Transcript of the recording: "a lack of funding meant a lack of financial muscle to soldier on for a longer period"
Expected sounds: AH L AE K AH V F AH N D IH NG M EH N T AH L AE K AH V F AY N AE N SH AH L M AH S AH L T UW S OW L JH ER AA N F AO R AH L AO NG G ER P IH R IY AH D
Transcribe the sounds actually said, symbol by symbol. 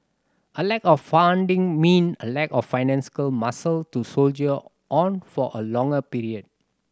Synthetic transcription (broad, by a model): AH L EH K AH F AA N D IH NG M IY N AH L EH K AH F AY N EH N S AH L M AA S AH L T UW S OW L JH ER AA N F AO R AH L AO NG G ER P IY R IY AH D